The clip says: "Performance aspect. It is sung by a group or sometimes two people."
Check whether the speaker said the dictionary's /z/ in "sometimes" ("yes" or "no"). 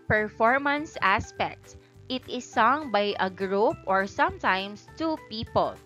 no